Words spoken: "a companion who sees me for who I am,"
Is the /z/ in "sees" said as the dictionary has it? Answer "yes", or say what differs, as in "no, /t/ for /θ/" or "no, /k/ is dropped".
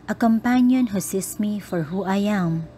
no, /s/ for /z/